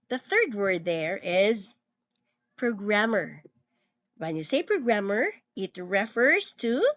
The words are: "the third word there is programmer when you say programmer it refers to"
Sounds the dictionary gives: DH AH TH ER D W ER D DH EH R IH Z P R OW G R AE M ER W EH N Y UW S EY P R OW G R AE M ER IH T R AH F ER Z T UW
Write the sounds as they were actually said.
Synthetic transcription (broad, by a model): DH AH TH ER D W ER D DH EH R IH Z P R OW G R AE M ER W EH N Y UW S EY P R OW G R AE M ER IH T R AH F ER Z T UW